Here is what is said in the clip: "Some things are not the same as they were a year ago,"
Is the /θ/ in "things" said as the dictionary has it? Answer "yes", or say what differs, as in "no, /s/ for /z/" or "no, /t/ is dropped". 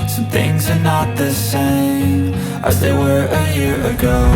yes